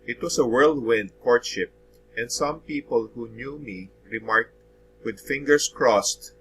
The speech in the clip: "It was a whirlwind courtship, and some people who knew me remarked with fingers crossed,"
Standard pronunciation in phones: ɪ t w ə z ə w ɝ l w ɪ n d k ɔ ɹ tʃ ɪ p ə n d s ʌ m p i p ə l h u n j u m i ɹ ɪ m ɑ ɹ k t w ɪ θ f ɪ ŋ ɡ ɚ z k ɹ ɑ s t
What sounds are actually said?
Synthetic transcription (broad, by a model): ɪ t w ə s ə w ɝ l w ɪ n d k ɔ ɹ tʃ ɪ p ə n d s ʌ m p i p ə l h u n j u m i ɹ ɪ m ɑ ɹ k t w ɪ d f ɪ ŋ ɡ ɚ s k ɹ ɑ s t